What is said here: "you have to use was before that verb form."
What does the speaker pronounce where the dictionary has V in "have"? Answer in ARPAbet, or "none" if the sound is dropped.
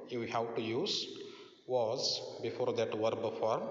W